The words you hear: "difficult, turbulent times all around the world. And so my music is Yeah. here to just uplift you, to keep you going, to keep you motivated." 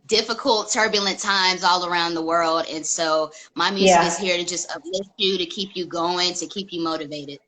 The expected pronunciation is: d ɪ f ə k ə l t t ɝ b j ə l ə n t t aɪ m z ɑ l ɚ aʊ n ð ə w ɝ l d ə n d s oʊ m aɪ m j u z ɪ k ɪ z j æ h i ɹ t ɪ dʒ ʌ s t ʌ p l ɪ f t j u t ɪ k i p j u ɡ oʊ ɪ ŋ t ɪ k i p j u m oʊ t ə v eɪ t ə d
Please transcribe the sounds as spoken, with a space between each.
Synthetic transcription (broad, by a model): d ɪ f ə k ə l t t ɝ b j l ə n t t aɪ m z ɑ l ɚ aʊ n ð ə w ɝ l d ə n s oʊ m aɪ m j u z ɪ k ɪ z h i ɹ t ɪ dʒ ʌ s t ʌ b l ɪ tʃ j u t ɪ k i p j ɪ ɡ oʊ ɪ ŋ t ɪ k i p j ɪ m oʊ t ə v eɪ t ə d